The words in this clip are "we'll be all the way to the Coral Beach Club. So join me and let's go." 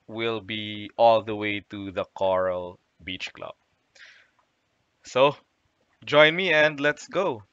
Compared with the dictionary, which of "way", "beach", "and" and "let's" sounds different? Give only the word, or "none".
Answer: none